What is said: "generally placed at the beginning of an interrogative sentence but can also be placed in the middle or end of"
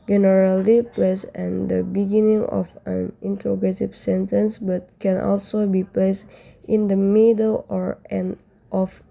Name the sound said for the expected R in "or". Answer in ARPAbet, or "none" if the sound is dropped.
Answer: R